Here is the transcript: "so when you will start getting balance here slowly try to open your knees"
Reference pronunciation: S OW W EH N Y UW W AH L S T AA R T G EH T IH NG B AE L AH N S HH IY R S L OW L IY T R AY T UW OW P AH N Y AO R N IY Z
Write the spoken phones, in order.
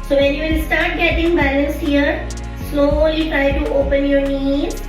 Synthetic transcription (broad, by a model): S OW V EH N Y UW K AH N S T AA R T G EH T IH NG B AE L AH N S HH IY R S N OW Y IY T R AY T UW OW P AH N Y AO R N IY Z